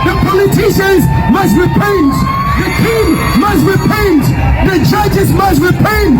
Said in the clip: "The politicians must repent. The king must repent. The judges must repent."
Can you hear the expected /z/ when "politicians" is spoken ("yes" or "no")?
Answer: yes